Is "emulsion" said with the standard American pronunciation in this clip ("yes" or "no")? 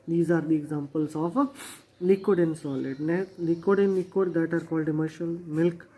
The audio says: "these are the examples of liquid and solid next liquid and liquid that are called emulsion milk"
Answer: no